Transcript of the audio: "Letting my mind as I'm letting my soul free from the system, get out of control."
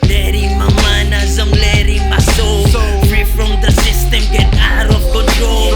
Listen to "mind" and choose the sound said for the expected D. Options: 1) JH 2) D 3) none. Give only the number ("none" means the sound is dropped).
3